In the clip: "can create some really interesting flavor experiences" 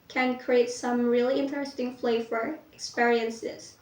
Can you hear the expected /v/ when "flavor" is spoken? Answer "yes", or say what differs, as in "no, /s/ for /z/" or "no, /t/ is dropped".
no, /f/ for /v/